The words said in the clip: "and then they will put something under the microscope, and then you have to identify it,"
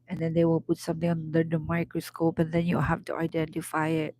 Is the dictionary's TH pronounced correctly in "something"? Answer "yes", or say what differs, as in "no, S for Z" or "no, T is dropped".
no, T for TH